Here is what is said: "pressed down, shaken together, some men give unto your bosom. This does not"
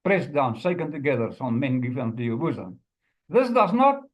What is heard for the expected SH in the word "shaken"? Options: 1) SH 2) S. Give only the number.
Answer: 2